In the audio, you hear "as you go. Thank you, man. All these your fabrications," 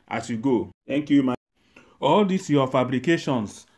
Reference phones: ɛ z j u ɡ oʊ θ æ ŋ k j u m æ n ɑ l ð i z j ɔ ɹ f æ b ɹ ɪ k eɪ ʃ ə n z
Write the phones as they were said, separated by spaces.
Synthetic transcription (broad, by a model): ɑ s j u ɡ oʊ t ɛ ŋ k j u m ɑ ɑ l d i s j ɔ f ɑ b ɹ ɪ k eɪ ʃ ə n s